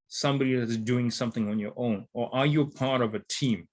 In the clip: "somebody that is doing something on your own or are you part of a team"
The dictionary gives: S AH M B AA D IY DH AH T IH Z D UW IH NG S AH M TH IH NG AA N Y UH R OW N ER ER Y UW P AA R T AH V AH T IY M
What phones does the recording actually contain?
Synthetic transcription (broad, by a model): S AH M B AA D IY DH AH T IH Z D UW IH NG S AH M TH IH NG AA N Y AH R OW N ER ER Y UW P AA R T AH V AH T IY M